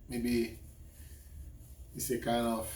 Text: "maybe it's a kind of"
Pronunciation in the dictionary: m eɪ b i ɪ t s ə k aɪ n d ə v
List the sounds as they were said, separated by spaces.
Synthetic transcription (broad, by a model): m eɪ b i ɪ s ə k aɪ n ə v